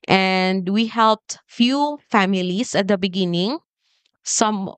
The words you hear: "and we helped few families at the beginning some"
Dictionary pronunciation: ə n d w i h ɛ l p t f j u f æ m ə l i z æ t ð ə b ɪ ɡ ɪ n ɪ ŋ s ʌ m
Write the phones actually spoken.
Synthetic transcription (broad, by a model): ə n d w i h ɛ l p t f j u f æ m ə l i s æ t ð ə b ɪ ɡ ɪ n ɪ ŋ s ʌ m